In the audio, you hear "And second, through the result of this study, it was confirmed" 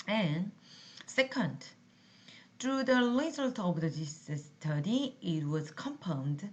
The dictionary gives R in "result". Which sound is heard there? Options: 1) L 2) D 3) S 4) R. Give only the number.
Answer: 1